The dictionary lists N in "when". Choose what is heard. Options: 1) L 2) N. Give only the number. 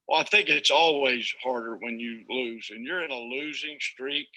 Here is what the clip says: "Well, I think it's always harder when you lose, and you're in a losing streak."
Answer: 2